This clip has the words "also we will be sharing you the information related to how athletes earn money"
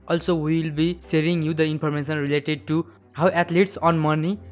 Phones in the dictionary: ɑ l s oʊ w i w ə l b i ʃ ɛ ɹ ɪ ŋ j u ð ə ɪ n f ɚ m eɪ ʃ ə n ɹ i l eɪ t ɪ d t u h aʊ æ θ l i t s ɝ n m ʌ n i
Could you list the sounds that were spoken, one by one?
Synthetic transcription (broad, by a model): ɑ l s oʊ w i w ə l b i s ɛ ɹ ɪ ŋ j u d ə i n p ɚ m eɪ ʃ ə n ɹ i l eɪ t ɪ d t u h aʊ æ t l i t s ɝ n m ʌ n i